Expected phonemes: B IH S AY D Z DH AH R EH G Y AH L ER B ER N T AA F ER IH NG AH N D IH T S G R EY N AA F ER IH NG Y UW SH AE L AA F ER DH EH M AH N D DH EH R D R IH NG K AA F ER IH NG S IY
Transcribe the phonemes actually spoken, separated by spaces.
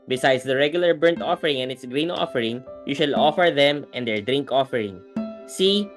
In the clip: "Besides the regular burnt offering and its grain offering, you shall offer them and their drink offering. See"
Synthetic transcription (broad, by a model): B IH S AY D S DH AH R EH G Y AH L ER B ER N T AA F ER IH NG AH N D IH T S G R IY N AA F ER IH NG Y UW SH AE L AA F ER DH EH M AH N D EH R D R IH NG K AA F ER IH NG S IY